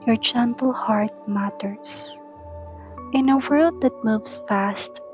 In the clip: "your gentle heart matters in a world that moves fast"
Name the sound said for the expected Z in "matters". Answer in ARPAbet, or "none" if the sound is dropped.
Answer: S